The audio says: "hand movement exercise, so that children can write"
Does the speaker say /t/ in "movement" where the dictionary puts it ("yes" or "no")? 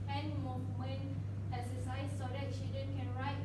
no